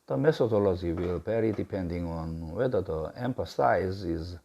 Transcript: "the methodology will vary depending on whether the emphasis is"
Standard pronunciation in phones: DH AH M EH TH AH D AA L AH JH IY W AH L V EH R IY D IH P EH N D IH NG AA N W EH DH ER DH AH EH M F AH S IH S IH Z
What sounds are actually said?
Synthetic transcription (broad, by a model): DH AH M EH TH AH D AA L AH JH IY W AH L B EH R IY D IH P EH N D IH NG AA N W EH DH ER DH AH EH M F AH S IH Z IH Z